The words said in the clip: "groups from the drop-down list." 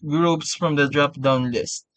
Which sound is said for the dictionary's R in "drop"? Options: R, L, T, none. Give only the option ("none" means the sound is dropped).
R